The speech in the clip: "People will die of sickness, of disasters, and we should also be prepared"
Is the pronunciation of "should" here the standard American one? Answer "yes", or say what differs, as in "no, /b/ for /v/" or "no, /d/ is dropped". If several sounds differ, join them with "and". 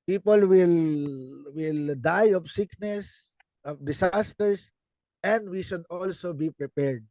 yes